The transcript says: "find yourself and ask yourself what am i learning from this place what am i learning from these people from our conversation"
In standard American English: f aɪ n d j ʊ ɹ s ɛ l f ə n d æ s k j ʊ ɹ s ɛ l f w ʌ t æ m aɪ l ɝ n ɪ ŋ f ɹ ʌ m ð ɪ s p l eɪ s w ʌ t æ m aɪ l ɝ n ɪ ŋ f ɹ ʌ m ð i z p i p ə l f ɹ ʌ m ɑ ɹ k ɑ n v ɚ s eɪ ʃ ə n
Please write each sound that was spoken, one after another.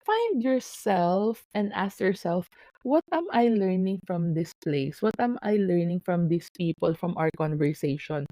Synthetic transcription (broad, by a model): f aɪ n d j ʊ ɹ s ɛ l f ə n d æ s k j ʊ ɹ s ɛ l f w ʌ t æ m aɪ l ɝ n ɪ ŋ f ɹ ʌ m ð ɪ s p l eɪ s w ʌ t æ m aɪ l ɝ n ɪ ŋ f ɹ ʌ m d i s p i p ə l f ɹ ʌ m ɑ w k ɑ n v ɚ s eɪ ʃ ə n